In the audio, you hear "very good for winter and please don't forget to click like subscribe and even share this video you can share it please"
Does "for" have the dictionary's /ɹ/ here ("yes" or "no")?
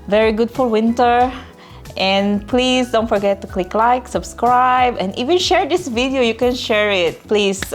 no